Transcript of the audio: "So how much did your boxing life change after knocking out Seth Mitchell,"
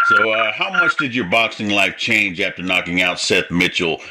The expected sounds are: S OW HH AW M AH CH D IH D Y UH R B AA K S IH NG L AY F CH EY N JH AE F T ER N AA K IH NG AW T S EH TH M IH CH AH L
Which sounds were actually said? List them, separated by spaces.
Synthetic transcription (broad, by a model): S OW HH AW M AH CH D IH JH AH R B AA K S IH NG L AY F CH EY N JH AE F T ER N AA K IH NG AW T S EH TH M IH CH L